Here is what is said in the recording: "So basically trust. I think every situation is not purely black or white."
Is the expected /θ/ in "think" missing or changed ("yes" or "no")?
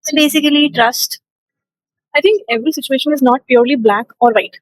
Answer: yes